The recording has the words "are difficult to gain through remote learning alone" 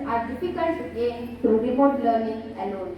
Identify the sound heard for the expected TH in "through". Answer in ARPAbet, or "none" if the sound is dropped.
S